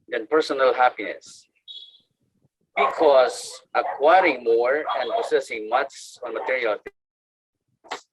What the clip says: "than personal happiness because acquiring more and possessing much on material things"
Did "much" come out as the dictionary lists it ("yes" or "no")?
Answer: no